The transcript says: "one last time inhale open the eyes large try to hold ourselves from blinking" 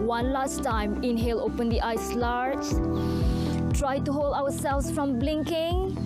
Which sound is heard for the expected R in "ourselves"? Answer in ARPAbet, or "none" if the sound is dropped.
W